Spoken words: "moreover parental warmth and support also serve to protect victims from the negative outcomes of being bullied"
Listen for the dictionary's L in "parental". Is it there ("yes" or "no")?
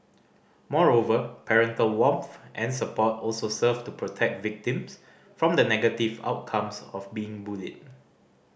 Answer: yes